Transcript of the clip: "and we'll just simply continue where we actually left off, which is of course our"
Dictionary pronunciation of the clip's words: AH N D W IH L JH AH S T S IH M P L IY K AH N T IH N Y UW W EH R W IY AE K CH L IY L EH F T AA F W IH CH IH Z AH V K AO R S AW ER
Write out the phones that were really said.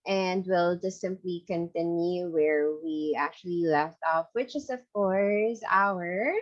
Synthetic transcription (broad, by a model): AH N D W IH L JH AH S S IH M P L IY K AH N T IH N Y UW W EH R W IY AE K CH L IY L EH F T AA F W IH CH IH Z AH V K AO R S AW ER